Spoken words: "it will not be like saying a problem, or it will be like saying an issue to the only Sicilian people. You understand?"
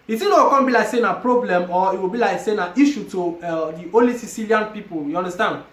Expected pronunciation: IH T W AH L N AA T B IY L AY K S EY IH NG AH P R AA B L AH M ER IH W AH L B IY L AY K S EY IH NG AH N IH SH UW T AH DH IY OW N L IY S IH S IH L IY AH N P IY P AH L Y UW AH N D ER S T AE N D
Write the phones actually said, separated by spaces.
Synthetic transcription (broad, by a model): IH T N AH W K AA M B IY L AY K S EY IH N AH P R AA B L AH M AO IH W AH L B IY L AY K S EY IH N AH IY SH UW T AH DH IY OW L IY S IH S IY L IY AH N P IY P AH L Y UW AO N D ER S T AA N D